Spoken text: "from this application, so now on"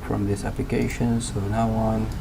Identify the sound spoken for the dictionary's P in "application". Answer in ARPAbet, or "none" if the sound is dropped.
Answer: P